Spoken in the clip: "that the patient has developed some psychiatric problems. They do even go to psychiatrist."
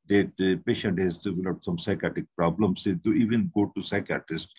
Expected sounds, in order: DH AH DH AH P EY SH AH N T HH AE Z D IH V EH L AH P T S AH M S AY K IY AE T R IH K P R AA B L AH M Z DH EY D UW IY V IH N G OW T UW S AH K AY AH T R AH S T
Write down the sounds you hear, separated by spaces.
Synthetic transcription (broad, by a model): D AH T P EY SH AH N T HH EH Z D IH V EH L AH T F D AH M S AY K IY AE T IH K P R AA B L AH M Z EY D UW IY V IH N G OW T UW S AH K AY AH T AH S T